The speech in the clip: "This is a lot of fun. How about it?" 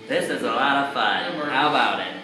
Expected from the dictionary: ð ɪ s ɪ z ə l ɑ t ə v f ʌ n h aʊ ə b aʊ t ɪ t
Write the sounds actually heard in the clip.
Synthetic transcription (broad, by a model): ð ɪ s ɪ z ə l ɑ t ə v f ʌ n h aʊ ə b aʊ t ɪ t